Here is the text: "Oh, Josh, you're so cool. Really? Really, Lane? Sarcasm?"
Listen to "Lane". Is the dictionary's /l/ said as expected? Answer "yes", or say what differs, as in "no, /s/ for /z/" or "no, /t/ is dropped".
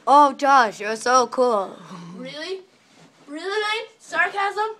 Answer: no, /n/ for /l/